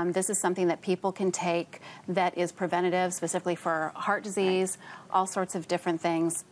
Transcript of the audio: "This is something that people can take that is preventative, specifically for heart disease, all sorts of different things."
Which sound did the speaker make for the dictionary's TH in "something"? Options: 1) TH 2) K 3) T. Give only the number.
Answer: 1